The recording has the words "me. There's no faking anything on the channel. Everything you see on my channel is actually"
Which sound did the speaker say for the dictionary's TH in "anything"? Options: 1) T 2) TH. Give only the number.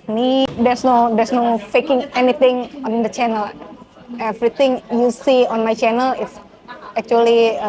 1